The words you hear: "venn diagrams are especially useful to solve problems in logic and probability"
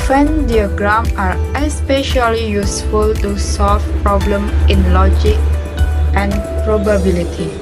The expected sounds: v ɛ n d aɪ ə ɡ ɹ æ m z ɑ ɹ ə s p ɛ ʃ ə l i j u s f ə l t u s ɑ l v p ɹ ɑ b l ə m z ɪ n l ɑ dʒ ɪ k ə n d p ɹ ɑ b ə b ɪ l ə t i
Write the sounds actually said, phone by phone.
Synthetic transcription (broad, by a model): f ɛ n d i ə ɡ ɹ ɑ m ɑ ɹ ə s p ɛ ʃ ə l i j u s f ə l t u s ɑ l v p ɹ ɑ b l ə m ɪ n l ɑ dʒ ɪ k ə n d p ɹ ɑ b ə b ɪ l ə t i